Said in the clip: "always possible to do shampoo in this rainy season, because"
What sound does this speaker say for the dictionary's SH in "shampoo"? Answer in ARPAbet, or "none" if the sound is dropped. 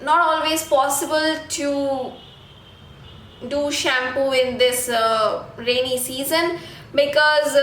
SH